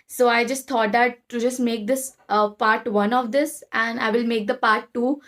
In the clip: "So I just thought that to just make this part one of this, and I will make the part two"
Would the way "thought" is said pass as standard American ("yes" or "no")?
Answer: no